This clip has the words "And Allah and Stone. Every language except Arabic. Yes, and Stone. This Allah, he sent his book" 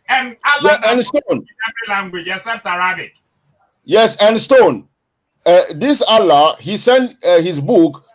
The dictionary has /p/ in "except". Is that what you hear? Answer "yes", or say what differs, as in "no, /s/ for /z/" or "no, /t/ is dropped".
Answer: no, /p/ is dropped